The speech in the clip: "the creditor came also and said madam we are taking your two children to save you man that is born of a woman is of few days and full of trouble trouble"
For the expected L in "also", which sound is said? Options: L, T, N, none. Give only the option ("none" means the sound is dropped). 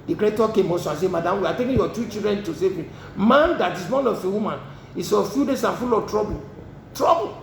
none